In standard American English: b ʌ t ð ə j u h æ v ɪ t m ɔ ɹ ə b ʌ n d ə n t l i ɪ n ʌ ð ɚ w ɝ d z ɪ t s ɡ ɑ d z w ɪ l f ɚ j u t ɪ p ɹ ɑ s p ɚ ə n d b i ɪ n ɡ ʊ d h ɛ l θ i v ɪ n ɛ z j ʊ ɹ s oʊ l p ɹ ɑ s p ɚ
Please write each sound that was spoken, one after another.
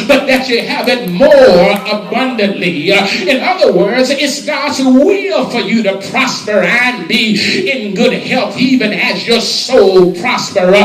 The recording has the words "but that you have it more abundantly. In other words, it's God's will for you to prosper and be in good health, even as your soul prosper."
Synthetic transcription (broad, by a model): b ʌ t ð ə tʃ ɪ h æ v ɪ t m ɔ ɹ ə b ʌ n d ə n t l i ɪ n ʌ ð ɚ w ɝ d z ɪ t s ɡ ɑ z w ɪ l f ɚ j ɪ t ɪ p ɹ ɑ s p ɚ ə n b i ɪ n ɡ ʊ d h ɛ l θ i v ɪ n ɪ z j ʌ ɹ s oʊ l p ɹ ɑ s p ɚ